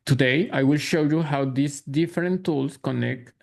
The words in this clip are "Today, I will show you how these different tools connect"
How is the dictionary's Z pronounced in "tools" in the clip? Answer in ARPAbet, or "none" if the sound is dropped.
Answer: S